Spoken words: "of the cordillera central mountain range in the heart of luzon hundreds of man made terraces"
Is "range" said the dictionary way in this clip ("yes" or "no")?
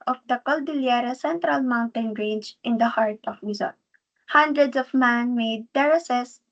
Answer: no